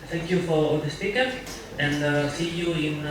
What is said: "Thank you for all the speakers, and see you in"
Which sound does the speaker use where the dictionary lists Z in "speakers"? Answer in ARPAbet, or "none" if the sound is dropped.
none